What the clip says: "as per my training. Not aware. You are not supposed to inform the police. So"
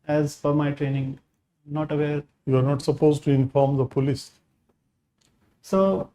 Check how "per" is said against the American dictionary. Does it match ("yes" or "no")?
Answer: no